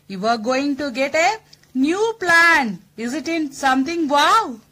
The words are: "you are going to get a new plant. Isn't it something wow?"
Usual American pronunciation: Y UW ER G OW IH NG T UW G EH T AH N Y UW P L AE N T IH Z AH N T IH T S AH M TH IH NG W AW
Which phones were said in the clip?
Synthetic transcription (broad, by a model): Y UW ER G OW IH NG T UW G EH T AH N Y UW P L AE N IH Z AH T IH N S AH M T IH NG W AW